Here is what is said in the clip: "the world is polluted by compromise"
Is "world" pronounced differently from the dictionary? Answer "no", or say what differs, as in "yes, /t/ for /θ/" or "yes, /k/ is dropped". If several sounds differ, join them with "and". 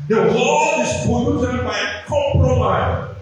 yes, /l/ is dropped